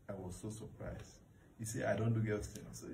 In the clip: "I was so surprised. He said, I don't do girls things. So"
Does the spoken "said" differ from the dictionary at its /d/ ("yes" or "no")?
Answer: yes